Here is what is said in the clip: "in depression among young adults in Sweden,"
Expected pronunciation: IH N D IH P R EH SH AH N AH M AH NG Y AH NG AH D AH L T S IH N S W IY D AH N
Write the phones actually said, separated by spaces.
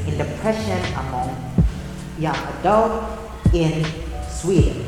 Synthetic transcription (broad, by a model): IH N D IH P R EH SH AH N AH M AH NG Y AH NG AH D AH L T IH N S W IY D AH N